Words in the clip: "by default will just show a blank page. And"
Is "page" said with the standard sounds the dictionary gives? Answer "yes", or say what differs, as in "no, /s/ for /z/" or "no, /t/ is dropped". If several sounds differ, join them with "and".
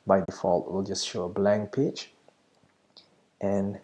no, /tʃ/ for /dʒ/